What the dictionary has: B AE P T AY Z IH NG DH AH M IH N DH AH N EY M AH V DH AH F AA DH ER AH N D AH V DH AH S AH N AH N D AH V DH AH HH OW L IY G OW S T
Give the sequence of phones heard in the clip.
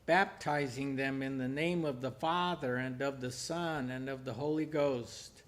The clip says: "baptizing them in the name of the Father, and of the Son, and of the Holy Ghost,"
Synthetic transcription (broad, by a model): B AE P T AY Z IH NG DH AH M IH N DH AH N EY M AH V DH AH F AA DH ER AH N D AH V DH AH S AH N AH N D AH V DH AH HH OW L IY G OW S T